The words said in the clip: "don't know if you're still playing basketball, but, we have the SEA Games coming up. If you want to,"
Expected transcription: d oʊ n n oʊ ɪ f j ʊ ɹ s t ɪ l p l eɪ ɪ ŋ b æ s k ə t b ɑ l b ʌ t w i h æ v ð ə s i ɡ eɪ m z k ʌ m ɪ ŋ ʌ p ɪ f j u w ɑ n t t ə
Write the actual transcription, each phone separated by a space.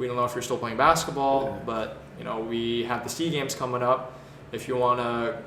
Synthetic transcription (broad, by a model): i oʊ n n oʊ ɪ f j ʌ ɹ s t ɪ l p l eɪ ɪ ŋ b æ s k ə t b ɑ l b ʌ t w i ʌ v ð ə s i ɡ eɪ m z k ʌ m ɪ ŋ ʌ p ɪ f j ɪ w ɑ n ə